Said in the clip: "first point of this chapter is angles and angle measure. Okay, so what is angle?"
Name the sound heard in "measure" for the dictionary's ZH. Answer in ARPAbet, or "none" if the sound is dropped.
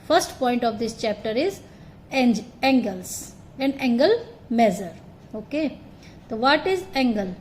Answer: Z